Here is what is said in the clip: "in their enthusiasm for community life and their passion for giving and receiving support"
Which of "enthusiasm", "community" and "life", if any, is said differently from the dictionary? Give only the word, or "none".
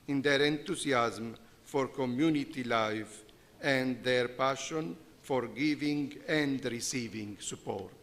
enthusiasm